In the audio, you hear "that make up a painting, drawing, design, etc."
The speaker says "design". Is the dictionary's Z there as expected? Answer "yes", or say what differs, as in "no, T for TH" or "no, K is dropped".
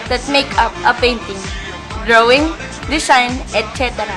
no, S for Z